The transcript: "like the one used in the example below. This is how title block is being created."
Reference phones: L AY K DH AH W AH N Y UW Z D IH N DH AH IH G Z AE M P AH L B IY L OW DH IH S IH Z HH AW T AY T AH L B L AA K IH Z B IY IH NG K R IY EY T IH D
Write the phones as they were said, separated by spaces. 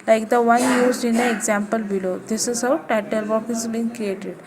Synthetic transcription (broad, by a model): L AY K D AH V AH N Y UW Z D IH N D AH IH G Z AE M P AH L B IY L OW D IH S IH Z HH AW T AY T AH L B AA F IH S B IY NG K R IY EY T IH D